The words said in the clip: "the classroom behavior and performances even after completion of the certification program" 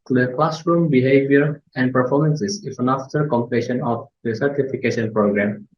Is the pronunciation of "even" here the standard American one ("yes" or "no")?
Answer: no